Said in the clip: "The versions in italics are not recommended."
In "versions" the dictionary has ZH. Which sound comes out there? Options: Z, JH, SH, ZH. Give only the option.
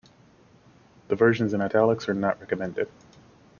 ZH